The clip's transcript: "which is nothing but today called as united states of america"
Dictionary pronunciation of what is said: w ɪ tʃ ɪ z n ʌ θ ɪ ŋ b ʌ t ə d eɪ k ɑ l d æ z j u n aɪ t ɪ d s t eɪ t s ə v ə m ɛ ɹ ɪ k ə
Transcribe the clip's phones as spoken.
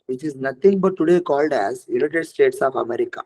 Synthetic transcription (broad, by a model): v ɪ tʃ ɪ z n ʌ t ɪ ŋ b ʌ t ə d eɪ k ɑ l d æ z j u l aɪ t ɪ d s t eɪ t s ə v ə m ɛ ɹ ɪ k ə